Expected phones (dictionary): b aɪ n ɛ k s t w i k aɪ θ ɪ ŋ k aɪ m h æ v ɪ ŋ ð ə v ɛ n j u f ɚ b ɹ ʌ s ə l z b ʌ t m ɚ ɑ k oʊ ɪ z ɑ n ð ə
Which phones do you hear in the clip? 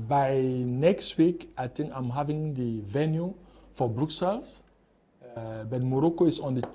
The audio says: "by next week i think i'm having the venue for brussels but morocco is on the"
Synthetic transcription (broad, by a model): b aɪ n ɛ k s t w i k aɪ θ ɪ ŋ k aɪ m h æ v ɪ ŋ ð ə v ɛ n j u f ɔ b ɹ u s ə l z b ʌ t m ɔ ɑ k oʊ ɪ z ɑ n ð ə